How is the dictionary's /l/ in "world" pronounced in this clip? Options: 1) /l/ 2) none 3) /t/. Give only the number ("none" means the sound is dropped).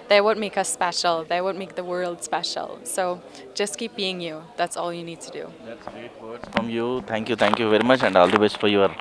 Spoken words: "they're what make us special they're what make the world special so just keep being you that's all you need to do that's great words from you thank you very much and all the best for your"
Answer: 1